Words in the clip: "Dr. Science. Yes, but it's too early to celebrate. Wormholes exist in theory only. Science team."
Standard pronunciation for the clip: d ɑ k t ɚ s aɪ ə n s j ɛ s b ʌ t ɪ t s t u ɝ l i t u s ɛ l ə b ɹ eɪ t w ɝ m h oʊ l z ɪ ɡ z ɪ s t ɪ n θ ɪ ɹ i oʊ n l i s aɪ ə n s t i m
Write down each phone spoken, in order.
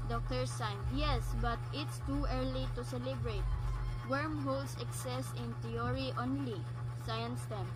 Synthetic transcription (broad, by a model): d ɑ k t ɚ s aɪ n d j ɛ s b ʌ t ɪ t s t u ɝ l i t u s ɛ l ə b ɹ eɪ t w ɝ m h oʊ l s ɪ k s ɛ s ɪ n t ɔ ɹ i oʊ n l i s aɪ ə n s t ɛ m